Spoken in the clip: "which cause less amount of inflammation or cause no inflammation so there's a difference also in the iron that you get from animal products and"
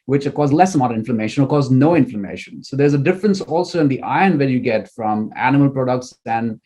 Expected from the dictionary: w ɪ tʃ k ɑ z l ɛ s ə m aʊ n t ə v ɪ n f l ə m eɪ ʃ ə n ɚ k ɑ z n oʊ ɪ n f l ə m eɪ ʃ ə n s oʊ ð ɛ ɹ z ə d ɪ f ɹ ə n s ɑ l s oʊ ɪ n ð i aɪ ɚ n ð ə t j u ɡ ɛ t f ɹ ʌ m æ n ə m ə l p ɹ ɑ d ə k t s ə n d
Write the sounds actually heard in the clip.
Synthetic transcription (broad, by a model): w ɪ tʃ k ɑ z l ɛ s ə m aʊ t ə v ɪ n f l ə m eɪ ʃ ə n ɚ k ɑ z n oʊ ɪ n f l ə m eɪ ʃ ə n s oʊ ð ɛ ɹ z ə d ɪ f ɹ ə n s ɑ l s oʊ ɪ n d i aɪ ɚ n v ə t j u ɡ ɛ t f ɹ ʌ m æ n ə m ə l p ɹ ɑ d ə k t s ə n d